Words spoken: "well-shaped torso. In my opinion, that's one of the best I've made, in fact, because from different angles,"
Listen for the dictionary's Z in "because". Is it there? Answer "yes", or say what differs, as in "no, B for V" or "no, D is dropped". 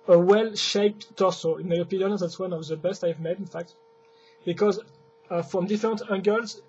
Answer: yes